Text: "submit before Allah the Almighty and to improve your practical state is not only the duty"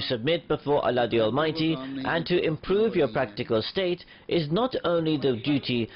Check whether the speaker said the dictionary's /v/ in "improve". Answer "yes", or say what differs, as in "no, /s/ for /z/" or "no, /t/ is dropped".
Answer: yes